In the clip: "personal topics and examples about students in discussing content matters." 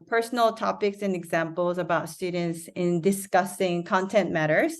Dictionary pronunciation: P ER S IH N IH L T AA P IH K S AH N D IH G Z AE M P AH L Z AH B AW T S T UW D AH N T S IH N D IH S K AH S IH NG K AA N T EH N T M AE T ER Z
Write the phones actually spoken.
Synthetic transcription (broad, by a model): P ER S N L T AA P IH K S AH N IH G Z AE M P L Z AH B AW T S T UW D N T S IH N D IH S K AH S IH NG K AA N T EH N M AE T ER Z